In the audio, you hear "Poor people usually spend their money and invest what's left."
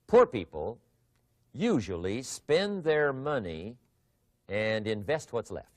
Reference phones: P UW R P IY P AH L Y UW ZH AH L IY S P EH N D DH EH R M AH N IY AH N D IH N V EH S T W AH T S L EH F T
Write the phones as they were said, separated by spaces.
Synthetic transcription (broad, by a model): P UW R P IY P AH L Y UW ZH AH L IY S P EH N DH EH R M AH N IY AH N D IH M V EH S T W AH T S L EH F T